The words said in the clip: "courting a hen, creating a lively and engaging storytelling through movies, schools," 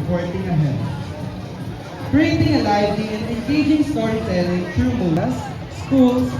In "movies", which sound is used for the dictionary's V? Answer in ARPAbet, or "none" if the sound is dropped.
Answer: none